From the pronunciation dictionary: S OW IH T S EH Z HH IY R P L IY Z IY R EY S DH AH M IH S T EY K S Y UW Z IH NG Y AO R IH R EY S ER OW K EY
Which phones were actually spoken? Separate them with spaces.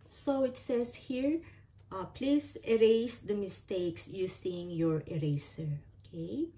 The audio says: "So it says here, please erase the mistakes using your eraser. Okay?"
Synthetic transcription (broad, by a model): S OW IH T S EH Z HH IY R P L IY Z IY R EY S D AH M IH S T EY K S Y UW S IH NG Y AO R IH R EY S ER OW K EY